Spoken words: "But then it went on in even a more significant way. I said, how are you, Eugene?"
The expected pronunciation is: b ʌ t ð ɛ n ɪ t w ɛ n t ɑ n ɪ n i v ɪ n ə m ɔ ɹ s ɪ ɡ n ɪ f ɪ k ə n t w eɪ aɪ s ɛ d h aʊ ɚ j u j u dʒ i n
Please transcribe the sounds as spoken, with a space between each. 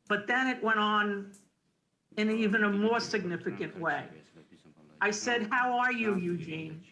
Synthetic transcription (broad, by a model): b ʌ t ð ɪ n ɪ t w ɛ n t n ɪ n i v ɪ n ə m ɔ ɹ s ɪ ɡ n ɪ f ɪ k ə n t w eɪ aɪ s ɛ d h aʊ ɚ j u j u dʒ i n